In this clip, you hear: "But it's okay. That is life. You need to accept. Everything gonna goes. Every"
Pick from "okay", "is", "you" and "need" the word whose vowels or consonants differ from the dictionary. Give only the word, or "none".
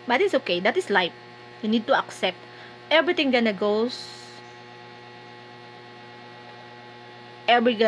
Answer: is